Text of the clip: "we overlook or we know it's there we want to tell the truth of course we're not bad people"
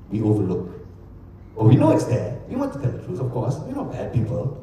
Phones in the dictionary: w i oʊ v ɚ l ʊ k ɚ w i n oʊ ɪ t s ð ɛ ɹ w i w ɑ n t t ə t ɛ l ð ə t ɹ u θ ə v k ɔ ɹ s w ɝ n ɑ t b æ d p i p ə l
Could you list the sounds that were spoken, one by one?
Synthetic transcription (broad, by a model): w i oʊ v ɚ l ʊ k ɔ w i n oʊ ɪ t s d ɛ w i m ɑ t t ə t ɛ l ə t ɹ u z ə f k ɔ s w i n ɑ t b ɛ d p i p ə l